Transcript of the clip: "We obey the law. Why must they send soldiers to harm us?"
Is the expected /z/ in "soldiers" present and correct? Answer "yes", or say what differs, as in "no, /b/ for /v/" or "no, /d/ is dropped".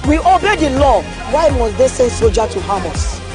no, /z/ is dropped